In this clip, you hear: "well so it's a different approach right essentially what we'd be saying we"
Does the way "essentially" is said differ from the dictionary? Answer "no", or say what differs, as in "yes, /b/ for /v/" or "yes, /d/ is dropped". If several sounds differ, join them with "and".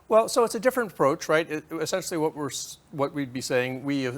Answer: yes, /w/ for /l/